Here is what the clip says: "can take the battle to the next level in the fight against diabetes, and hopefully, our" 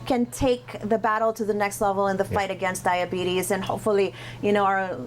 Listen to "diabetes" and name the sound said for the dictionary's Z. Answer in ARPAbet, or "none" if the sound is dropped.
Z